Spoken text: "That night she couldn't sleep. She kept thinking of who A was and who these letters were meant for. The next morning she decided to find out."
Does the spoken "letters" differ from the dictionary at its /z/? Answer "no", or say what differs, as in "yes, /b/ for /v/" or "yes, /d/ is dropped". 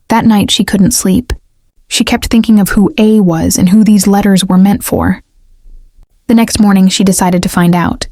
no